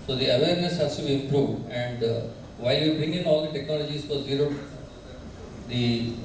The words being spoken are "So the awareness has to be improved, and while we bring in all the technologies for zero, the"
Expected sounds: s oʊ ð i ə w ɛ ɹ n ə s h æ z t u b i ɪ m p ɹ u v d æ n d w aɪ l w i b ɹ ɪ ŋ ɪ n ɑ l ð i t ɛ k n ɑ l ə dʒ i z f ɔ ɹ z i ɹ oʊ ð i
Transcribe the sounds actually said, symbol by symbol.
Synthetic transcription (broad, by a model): s oʊ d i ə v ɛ ɹ n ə s h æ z t u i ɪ m p ɹ u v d æ n d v aɪ l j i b ɪ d ɪ n ɑ l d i t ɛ k n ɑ l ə dʒ i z f ɔ ɹ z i ɹ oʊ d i